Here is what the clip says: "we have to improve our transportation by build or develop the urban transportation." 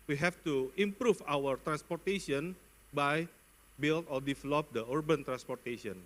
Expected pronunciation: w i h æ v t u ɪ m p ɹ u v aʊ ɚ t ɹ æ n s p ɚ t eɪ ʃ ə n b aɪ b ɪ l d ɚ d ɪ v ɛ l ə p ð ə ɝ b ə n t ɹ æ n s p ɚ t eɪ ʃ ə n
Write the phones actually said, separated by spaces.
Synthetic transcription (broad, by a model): w i h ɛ f t u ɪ m p ɹ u f aʊ ɚ t ɹ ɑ n s p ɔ t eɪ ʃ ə n b aɪ b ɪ l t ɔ d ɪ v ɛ l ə p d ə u b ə n t ɹ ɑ n s p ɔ t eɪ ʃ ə n